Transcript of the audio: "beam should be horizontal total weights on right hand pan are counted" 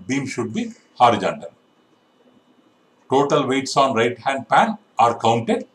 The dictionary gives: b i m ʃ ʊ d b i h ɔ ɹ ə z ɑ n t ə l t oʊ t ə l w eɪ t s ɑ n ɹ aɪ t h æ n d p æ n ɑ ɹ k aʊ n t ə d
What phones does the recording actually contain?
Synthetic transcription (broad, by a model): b i m ʃ ʊ d b i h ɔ ɹ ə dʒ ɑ n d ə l t oʊ t ə l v eɪ t s ɑ n ɹ aɪ t h æ n d p æ n ɑ ɹ k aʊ n t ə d